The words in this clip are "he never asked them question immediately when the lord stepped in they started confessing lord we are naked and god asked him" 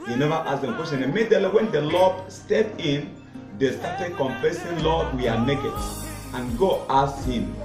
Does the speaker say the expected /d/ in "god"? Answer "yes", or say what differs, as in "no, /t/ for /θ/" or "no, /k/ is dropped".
no, /d/ is dropped